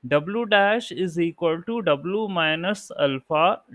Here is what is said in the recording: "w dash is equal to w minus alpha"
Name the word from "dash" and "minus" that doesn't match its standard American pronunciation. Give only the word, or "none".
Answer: none